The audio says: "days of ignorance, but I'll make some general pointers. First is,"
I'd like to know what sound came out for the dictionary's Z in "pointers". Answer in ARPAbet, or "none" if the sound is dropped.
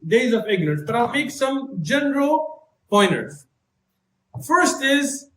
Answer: none